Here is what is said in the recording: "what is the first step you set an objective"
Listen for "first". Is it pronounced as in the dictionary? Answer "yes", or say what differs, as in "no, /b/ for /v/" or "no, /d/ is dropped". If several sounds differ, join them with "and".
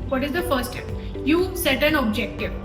no, /s/ is dropped